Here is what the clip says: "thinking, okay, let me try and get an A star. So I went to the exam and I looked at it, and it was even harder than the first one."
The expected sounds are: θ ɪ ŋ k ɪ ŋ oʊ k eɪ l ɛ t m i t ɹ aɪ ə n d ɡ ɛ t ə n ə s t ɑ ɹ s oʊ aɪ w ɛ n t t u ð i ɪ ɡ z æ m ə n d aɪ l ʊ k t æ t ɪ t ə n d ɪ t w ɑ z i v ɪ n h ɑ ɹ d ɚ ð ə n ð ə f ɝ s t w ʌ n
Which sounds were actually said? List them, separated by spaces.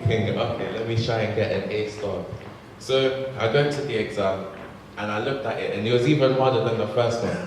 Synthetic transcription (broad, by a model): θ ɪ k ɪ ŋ oʊ k eɪ l ɛ t m i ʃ aɪ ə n ɡ ɛ t ə n ə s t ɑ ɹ s oʊ aɪ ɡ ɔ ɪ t t u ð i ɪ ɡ z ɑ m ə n aɪ l ʊ k t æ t ɪ t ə n ɪ t w ɑ z i v ɪ n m ɑ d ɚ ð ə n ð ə f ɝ s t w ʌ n